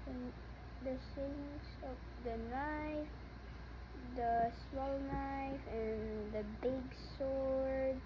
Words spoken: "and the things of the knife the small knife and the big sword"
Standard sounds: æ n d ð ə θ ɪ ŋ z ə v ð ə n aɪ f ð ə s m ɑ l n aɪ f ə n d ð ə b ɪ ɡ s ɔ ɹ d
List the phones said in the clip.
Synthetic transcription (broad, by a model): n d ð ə s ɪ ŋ s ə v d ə n aɪ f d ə s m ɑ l n aɪ f ə n d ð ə b ɪ ɡ s ɔ ɹ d